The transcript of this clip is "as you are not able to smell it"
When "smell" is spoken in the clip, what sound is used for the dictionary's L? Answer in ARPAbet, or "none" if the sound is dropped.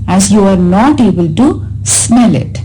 L